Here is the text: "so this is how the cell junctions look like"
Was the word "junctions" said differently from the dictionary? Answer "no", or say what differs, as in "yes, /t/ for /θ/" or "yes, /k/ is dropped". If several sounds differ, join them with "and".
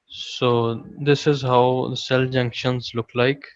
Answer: no